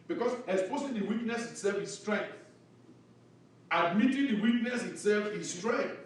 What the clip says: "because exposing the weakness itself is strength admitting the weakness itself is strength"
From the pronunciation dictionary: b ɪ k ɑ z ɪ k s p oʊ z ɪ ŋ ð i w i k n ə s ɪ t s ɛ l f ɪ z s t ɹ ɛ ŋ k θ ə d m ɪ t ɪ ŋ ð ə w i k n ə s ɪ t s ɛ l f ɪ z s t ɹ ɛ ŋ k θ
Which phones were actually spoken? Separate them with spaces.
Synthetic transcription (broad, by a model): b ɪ k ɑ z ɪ s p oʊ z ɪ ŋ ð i w i k n ə s ɪ t s ɛ l f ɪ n s t ɹ ɛ ŋ k θ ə d m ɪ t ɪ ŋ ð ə w i k n ə s ɪ t s ɛ l f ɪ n s t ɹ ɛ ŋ k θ